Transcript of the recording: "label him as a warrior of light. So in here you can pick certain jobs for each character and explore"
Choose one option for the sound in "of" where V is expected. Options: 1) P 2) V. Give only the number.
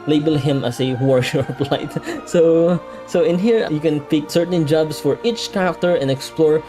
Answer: 1